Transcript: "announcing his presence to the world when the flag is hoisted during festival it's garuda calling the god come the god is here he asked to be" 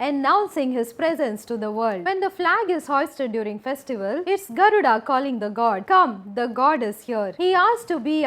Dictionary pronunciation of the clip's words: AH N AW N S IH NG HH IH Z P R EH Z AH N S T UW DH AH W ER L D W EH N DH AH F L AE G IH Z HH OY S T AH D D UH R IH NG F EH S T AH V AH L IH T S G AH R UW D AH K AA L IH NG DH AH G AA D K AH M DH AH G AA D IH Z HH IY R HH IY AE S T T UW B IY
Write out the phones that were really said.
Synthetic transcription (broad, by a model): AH N AW N S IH NG HH IH Z P R EH Z AH N S T UW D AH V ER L D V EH N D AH F L AE G IH Z HH OY S T AH D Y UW R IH NG F EH S T AH V AH L IH T S G AH R UW D AH K AA L IH NG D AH G AA D K AH M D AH G AA D IH Z HH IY R HH IY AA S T T UW B IY